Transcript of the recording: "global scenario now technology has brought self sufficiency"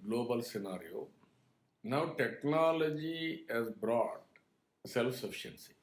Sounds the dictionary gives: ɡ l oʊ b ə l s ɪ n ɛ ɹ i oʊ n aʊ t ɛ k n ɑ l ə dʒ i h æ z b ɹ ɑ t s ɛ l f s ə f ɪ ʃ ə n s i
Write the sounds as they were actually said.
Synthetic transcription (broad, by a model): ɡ l oʊ b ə l s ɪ n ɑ ɹ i oʊ n aʊ t ɛ k n ɑ l ə dʒ i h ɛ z b ɹ ɑ t s ɛ l f s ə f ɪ ʃ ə n s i